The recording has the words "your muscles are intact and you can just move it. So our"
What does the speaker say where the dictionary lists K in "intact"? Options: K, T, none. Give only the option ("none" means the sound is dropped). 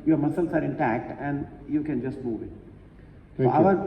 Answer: K